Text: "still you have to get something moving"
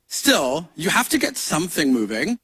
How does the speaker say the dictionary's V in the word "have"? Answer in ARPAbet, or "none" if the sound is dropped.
F